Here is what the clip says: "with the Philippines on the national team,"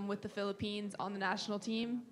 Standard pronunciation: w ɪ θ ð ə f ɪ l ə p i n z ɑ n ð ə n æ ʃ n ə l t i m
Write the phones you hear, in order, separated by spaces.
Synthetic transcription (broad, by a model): w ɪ ð ə f ɪ l ə p i n z n ð ə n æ ʃ n l t i m